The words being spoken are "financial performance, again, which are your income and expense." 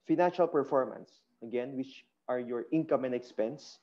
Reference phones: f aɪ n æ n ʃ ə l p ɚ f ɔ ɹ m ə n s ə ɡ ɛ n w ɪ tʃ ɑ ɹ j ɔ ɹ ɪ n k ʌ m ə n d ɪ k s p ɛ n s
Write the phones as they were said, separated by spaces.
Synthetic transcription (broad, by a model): f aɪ n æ n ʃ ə l p ɚ f ɔ ɹ m ə n s ə ɡ ɛ n w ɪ tʃ ɑ ɹ j ɔ ɹ ɪ n k ʌ m ə n d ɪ k s p ɛ n s